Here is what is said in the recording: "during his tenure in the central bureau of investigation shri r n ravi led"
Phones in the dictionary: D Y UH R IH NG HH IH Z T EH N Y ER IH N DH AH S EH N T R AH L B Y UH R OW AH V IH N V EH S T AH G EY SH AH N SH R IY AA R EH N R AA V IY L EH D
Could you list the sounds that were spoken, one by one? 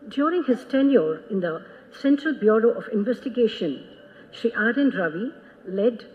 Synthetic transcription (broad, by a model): D Y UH R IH NG HH IH Z T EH N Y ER IH N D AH S EH N T R AH L B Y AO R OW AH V IH N V EH S T AH G EY SH AH N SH IY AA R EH N R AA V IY L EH D